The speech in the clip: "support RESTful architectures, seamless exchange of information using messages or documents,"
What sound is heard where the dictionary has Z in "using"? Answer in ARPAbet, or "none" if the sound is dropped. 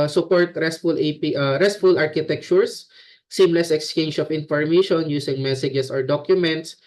S